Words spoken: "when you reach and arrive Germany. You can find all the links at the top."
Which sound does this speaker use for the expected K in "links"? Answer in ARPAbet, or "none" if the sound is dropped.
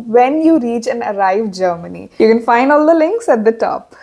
K